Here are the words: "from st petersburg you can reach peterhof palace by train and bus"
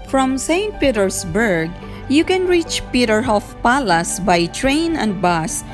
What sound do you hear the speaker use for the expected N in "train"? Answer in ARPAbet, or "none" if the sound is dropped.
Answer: N